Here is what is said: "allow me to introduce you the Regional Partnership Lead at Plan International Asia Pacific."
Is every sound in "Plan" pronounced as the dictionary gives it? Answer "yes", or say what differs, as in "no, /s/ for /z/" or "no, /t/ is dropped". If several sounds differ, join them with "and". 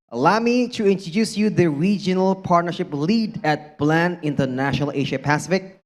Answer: no, /b/ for /p/